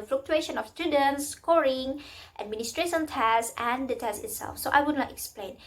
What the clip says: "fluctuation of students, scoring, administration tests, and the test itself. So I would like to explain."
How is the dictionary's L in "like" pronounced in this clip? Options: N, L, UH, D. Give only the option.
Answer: N